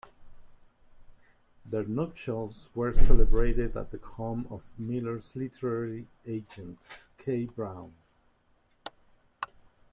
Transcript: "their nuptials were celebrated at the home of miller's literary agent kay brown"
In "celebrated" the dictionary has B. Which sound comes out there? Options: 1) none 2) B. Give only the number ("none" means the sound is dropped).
2